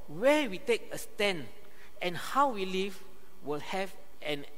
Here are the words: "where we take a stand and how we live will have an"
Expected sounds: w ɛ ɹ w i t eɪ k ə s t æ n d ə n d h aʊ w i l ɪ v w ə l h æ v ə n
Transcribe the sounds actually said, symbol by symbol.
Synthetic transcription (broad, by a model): w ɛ w i t eɪ k ə s t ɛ n ə n h aʊ w i l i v w ə l h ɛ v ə n